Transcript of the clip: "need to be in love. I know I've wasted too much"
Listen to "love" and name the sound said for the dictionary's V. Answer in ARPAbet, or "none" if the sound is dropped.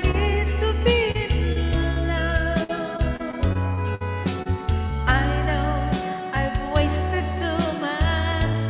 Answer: none